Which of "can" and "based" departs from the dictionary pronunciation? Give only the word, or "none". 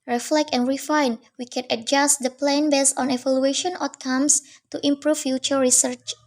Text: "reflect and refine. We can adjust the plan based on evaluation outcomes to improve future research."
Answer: based